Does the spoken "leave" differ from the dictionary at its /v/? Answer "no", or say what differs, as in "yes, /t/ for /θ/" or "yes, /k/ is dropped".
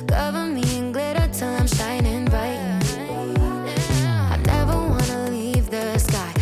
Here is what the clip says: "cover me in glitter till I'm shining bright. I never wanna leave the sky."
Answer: no